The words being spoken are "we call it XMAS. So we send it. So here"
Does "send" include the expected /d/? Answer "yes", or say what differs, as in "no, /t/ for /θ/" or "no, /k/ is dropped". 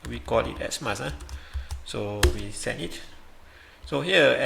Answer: no, /d/ is dropped